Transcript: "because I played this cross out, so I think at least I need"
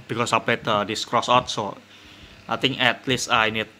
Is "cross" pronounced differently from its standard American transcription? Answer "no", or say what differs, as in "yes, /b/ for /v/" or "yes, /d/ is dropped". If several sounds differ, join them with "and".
no